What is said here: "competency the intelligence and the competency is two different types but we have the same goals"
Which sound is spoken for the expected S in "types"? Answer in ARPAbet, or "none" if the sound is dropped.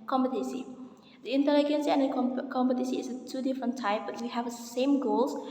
none